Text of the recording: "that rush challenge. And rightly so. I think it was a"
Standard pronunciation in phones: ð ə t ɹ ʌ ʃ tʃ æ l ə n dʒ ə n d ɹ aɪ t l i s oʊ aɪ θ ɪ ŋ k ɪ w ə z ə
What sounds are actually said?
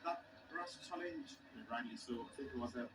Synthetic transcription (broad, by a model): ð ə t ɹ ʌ s tʃ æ l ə n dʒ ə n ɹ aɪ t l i s oʊ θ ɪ k ɪ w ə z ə